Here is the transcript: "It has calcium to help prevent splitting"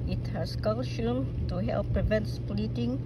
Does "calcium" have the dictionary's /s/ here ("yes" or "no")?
no